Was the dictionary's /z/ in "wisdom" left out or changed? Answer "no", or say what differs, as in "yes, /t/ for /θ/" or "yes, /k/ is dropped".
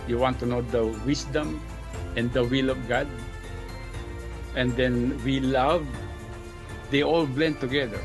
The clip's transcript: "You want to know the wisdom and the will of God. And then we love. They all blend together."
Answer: yes, /s/ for /z/